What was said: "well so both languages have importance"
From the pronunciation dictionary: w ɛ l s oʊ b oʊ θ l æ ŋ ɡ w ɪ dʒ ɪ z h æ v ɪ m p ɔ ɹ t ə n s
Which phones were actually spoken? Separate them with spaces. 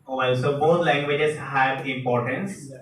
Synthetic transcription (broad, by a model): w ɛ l s oʊ b oʊ t l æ ŋ ɡ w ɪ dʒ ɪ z h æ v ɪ m p ɔ ɹ t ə n s